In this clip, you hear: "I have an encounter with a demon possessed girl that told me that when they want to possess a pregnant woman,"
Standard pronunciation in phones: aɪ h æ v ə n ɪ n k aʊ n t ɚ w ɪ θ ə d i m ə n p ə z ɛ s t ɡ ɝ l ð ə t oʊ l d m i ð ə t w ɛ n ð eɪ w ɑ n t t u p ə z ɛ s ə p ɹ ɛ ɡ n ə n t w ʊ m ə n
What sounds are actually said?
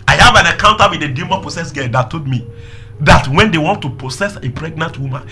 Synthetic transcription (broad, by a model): aɪ h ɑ v ə n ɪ k aʊ n t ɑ w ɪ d ə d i m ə p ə s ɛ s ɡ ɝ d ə t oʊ d m i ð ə t w ɛ n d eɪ w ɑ n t t u p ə s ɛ s ə p ɹ ɛ ɡ n ə n t w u m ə n